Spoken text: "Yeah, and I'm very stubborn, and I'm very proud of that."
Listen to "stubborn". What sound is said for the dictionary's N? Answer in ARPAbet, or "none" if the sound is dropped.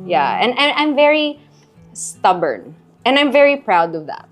N